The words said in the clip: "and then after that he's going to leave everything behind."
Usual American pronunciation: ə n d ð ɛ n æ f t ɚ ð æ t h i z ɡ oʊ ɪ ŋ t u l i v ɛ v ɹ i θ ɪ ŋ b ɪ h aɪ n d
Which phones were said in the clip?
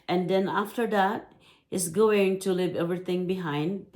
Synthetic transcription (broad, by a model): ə n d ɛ n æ f t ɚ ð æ t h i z ɡ oʊ ɪ ŋ t u l i v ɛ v ɹ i t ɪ ŋ b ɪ h aɪ n d